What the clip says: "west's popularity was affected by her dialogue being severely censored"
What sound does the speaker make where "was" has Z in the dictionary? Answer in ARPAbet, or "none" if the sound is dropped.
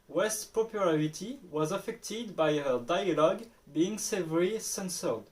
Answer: Z